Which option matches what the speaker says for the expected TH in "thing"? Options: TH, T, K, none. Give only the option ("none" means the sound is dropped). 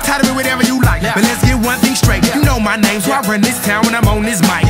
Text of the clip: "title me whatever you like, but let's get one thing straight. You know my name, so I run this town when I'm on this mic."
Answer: TH